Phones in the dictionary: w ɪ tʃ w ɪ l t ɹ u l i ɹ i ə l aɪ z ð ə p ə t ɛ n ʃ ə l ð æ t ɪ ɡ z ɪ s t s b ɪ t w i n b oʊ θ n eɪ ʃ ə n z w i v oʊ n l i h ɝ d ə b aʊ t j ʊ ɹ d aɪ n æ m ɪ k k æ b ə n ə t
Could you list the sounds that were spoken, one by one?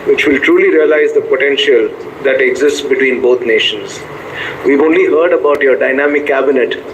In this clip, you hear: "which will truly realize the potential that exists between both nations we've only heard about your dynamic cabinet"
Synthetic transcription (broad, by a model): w ɪ tʃ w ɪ l t ɹ u l i ɹ i ə l aɪ z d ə p ə t ɛ n ʃ ə l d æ t ɪ ɡ z ɪ s t s b ɪ t w i n b oʊ t n eɪ ʃ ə n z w i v oʊ n l i h ɝ d ə b aʊ t j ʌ ɹ d aɪ n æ m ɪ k k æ b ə n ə t